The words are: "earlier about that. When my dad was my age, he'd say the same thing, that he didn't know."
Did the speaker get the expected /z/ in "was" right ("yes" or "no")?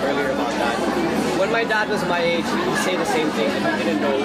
yes